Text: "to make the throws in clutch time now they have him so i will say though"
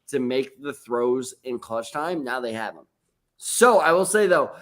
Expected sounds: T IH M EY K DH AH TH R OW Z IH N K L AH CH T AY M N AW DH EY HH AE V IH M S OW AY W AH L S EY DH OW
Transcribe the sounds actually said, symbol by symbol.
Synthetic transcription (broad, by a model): T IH M EY K DH AH TH R OW Z IH N K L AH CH T AY M N AW DH EY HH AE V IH M S OW AY W AH L S EY DH OW